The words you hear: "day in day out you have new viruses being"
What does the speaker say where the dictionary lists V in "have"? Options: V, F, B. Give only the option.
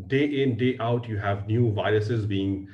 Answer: V